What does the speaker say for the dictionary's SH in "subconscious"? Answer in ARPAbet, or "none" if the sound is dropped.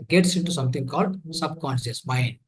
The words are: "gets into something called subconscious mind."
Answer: S